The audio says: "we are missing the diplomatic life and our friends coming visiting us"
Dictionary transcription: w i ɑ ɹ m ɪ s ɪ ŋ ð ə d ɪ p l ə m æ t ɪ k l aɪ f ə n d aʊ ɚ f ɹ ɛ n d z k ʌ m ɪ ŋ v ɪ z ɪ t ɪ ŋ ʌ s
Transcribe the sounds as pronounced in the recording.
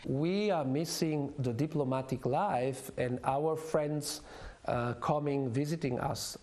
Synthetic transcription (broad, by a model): w i ɑ ɹ m ɪ s ɪ ŋ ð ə d ɪ p l ə m æ t ɪ k l aɪ f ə n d aʊ ɚ f ɹ ɛ n d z k ʌ m ɪ ŋ v ɪ z ɪ t ɪ ŋ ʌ s